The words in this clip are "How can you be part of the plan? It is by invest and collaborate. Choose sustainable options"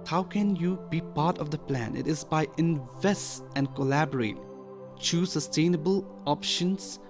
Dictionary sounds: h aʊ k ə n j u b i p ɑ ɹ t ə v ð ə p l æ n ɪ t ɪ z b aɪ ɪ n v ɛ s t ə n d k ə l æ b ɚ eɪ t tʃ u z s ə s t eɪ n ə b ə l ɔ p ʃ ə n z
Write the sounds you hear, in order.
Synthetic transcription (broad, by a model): h aʊ k ə n j u b i p ɑ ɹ t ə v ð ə p l æ n ɪ t ɪ z b aɪ ɪ n v ɛ s t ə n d k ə l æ b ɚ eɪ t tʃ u s ə s t eɪ n ə b ə l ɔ p ʃ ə n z